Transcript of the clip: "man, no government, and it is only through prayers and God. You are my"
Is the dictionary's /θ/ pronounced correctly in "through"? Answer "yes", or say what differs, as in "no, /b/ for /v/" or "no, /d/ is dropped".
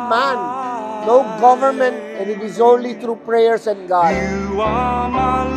no, /t/ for /θ/